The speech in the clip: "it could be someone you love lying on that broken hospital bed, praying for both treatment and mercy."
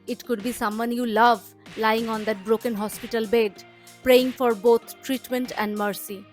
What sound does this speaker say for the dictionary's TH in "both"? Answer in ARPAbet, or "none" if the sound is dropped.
T